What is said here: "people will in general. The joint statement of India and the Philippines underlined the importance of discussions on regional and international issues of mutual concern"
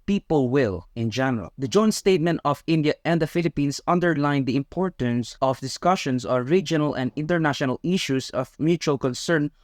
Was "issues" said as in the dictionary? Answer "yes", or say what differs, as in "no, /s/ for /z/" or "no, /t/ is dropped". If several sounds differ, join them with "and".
no, /s/ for /z/